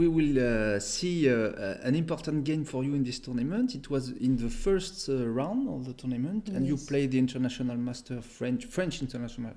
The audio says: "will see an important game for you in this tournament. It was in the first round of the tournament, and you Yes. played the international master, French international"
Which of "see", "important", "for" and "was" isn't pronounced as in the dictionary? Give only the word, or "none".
none